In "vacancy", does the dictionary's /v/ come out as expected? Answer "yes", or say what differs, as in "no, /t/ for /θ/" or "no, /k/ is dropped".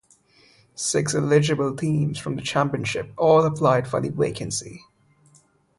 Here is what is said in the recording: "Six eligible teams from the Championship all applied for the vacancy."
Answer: no, /w/ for /v/